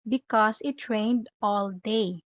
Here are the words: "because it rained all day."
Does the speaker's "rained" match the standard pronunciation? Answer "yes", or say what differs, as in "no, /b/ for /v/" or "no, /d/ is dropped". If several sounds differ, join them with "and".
yes